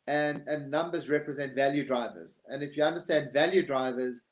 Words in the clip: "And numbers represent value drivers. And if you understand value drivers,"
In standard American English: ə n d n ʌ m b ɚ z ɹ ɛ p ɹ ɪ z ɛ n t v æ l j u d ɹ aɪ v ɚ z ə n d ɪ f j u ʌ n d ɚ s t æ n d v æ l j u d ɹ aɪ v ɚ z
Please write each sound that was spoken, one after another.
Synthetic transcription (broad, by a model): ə n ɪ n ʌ m b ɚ z ɹ ɛ p ɹ ɪ z ɛ n t v æ l j u d ɹ aɪ v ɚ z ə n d ɪ f j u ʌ n d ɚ s t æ n d v æ l j u d ɹ aɪ v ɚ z